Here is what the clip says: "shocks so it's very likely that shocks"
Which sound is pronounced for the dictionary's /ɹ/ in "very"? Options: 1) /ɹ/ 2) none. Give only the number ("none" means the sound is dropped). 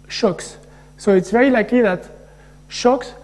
2